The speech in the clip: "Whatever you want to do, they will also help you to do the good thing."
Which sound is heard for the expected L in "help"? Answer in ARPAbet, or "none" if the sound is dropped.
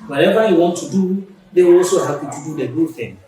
none